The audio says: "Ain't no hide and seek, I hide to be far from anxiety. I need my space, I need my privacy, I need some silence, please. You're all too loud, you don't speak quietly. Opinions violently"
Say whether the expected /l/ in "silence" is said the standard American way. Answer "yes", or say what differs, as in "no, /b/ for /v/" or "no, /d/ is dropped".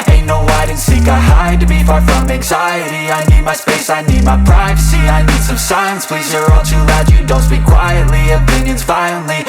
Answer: no, /l/ is dropped